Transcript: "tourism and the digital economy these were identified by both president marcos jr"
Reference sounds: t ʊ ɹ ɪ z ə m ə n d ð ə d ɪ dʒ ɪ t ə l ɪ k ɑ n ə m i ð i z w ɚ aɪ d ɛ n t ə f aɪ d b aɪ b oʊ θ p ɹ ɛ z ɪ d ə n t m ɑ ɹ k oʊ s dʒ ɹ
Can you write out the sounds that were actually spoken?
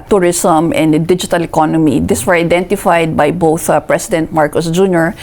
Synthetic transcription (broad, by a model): t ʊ ɹ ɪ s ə m ə n d d ɪ dʒ ɪ t ə l ɪ k ɑ n ə m i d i s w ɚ aɪ d ɛ n t ə f aɪ d b aɪ b oʊ θ p ɹ ɛ s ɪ d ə n t m ɑ ɹ k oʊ s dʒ ɹ